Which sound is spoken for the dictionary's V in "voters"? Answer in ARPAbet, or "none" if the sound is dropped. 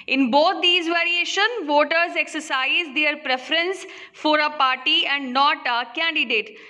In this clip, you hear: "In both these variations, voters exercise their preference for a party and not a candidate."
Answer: V